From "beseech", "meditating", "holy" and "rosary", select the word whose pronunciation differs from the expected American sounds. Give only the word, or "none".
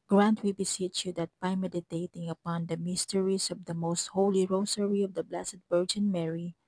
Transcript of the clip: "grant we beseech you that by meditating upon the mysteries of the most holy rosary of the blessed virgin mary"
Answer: rosary